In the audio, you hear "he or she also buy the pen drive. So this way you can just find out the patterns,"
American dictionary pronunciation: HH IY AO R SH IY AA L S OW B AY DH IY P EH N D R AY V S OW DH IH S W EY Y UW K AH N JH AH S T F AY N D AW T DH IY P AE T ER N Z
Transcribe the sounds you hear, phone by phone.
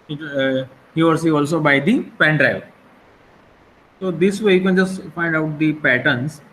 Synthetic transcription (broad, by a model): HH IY AO R S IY AA L S OW B AY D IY P EH N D R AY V S OW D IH S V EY Y UW K AH N JH AH S T F AY N D AW T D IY P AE T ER N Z